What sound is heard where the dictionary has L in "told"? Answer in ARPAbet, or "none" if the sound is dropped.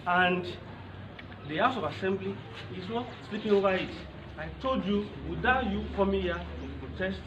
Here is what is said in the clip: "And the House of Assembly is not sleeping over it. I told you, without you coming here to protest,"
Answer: L